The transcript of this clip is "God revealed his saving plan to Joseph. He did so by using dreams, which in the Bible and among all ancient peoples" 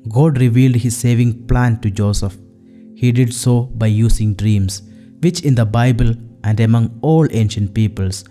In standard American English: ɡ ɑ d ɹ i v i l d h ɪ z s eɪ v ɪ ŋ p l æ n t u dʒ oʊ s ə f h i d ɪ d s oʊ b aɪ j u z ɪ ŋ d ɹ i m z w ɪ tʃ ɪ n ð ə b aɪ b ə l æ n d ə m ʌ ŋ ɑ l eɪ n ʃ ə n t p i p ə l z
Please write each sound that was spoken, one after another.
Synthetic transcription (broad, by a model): ɡ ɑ d ɹ i v i l d h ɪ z s eɪ v ɪ ŋ p l æ n t u dʒ oʊ s ə f h i d ɪ d s oʊ b aɪ j u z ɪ ŋ d ɹ i m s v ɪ tʃ ɪ n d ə b aɪ b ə l æ n d ə m ʌ ŋ ɑ l eɪ n ʃ ə n t p i p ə l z